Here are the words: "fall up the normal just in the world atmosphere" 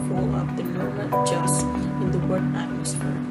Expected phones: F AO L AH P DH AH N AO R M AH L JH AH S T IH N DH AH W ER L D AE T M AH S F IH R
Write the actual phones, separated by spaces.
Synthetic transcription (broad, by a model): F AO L AH P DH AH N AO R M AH N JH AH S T IH N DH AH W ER D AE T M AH S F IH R